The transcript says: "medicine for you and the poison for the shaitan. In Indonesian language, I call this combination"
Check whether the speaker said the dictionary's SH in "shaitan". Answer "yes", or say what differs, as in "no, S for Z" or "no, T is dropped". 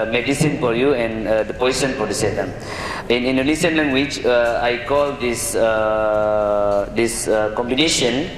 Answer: no, S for SH